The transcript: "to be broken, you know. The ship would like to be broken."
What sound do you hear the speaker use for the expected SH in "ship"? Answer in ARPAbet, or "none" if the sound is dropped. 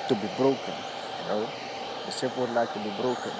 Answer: S